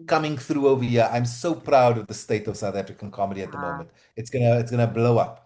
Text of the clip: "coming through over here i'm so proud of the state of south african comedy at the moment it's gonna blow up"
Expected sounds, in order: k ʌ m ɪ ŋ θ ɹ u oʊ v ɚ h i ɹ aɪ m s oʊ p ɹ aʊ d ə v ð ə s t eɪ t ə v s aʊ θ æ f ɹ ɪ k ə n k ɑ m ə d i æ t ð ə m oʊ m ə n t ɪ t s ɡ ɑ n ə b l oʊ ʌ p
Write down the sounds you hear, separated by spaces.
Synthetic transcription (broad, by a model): k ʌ m ɪ ŋ θ ɹ u oʊ v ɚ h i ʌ aɪ m s oʊ p ɹ aʊ d ə v ð ə s t eɪ t ə v s aʊ θ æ f ɹ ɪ k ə n k ɑ m ə d i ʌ t ð ə m oʊ m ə n t ɪ t s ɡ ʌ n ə b l oʊ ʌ p